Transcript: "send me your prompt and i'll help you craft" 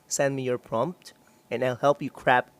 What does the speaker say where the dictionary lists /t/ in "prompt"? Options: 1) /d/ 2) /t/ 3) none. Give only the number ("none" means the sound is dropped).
2